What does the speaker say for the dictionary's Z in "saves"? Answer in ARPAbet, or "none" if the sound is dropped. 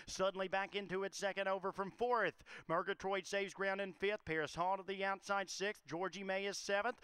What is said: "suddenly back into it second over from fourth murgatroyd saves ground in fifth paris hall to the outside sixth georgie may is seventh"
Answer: Z